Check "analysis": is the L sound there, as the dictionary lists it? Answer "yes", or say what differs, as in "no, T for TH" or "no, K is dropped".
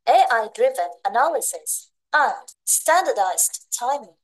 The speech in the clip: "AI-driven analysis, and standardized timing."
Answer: yes